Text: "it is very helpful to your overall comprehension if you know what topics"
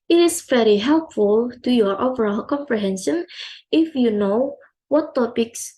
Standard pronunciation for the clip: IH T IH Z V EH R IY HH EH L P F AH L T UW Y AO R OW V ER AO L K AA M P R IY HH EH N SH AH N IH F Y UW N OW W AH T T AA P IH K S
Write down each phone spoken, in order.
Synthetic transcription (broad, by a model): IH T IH S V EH R IY HH EH L P F AH L T UW Y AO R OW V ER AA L K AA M P R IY HH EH N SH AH N IH F Y UW N OW W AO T T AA P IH K S